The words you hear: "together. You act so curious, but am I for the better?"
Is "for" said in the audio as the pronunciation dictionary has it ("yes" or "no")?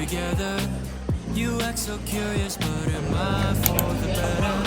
no